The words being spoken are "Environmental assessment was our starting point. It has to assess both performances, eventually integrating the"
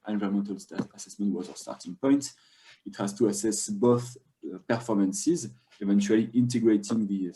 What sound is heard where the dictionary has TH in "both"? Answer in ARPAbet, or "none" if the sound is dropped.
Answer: TH